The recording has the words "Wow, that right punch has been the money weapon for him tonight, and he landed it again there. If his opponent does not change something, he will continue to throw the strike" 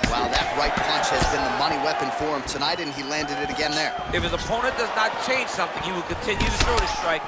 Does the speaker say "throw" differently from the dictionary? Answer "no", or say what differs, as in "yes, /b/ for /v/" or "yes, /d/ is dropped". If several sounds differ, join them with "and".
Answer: yes, /s/ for /θ/